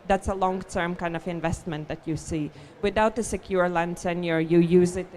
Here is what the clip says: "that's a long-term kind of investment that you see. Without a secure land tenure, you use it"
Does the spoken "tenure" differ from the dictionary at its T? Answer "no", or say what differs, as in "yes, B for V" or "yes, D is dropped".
yes, S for T